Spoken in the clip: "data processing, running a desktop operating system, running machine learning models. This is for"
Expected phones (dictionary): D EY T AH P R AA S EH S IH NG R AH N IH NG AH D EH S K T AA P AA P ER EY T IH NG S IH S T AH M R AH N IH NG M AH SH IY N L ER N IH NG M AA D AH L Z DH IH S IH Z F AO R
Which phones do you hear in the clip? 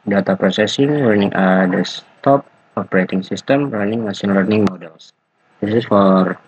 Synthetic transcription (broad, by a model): D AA T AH P R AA S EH S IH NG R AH N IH NG AH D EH S T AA P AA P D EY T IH NG S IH S T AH M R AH N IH NG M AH S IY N L ER N IH NG M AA D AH L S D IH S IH S F AO R